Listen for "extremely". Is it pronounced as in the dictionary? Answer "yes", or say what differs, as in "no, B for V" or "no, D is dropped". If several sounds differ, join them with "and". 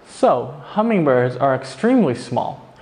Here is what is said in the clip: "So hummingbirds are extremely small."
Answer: yes